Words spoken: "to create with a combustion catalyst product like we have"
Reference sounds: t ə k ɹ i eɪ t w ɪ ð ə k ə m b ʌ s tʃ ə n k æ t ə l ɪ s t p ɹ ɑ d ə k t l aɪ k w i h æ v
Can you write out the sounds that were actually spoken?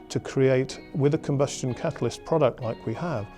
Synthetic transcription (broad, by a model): t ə k ɹ i eɪ t w ɪ ð ə k ə m b ʌ s tʃ ə n k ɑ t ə l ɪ s p ɹ ɑ d ə k t l aɪ k w i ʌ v